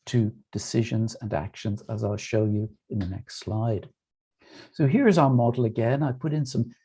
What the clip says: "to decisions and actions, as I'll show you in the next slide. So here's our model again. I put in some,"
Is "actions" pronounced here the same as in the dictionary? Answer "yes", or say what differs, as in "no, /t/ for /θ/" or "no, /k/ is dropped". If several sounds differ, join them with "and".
yes